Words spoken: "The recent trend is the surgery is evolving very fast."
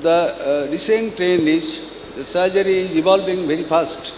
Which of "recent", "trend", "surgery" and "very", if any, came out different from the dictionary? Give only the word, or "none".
trend